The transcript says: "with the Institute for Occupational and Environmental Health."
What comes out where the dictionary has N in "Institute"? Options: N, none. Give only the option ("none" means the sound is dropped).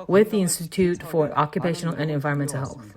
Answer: N